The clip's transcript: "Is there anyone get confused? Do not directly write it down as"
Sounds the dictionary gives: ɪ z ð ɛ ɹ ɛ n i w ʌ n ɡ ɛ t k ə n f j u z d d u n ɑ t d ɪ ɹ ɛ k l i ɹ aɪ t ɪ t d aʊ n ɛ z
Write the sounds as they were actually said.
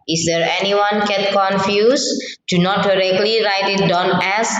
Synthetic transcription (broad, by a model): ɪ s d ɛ ɹ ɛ n i w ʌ n ɡ ɛ t k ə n f j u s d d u n ɑ t d ɪ ɹ ɛ k l i ɹ aɪ t ɪ t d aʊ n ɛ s